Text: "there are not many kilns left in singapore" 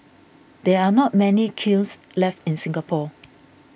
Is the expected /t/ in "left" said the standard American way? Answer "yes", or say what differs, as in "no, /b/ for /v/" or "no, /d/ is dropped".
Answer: yes